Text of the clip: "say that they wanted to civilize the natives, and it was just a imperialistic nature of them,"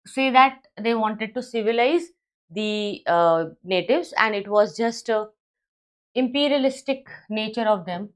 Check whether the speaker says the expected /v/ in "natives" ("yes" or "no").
yes